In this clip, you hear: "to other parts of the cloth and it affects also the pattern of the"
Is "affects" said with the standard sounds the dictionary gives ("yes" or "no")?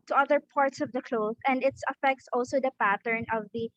yes